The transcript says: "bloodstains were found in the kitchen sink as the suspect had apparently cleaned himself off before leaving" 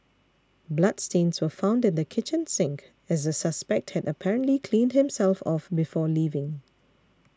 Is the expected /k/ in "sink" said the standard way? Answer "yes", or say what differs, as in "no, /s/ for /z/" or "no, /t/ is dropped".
yes